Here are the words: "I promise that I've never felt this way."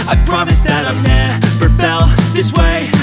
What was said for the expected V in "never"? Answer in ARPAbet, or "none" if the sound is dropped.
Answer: P